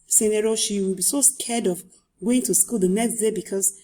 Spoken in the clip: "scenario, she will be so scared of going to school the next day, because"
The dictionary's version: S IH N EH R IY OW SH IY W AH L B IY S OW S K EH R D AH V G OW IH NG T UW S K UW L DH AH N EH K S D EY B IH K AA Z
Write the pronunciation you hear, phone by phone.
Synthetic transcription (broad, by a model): S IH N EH R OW SH IY W AH L B IY S OW S K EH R D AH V G OW IH NG T UW S K UW L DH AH N EH K S D EY B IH K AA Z